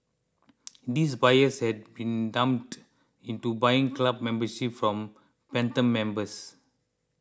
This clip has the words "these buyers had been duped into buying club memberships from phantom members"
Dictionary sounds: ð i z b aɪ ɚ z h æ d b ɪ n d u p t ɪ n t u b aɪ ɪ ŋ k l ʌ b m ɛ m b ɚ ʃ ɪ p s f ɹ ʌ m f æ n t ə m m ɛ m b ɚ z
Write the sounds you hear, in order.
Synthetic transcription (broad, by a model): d i s b aɪ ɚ s h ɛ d b ɪ n d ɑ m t ɪ n t u b aɪ ɪ ŋ k l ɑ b m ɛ m b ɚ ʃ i p f ɹ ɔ m p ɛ n t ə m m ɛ m b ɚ s